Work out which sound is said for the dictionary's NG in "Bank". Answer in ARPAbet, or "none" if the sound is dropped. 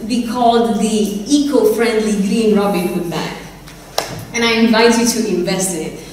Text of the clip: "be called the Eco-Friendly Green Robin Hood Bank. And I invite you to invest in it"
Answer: none